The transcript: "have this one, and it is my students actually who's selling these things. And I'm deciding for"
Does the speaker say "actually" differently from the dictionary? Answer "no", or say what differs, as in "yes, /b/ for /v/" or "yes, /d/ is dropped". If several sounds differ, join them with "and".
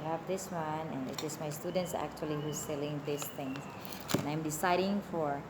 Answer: no